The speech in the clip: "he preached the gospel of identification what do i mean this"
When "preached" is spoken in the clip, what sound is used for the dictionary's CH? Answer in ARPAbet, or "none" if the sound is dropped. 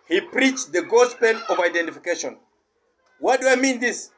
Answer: CH